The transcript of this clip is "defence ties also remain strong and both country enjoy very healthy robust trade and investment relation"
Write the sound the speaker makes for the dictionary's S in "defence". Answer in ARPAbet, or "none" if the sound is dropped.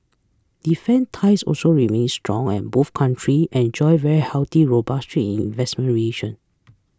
none